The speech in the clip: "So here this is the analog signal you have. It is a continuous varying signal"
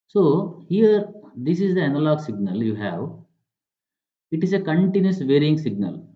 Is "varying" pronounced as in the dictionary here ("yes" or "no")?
yes